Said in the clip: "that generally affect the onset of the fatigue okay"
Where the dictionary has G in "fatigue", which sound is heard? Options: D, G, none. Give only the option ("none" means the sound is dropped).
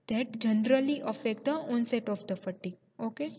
none